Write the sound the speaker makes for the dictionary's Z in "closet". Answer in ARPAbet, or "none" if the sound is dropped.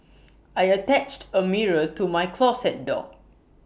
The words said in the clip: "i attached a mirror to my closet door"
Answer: S